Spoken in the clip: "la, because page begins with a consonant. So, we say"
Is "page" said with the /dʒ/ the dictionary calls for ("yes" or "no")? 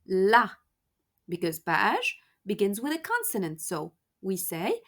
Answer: no